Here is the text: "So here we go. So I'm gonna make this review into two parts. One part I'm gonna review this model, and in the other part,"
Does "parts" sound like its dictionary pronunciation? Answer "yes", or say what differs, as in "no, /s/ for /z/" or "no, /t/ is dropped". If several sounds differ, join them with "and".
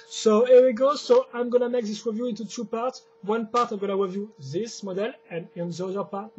yes